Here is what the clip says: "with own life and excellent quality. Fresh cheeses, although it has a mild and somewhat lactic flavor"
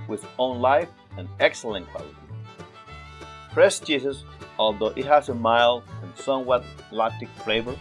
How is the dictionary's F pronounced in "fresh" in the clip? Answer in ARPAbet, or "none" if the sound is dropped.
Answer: P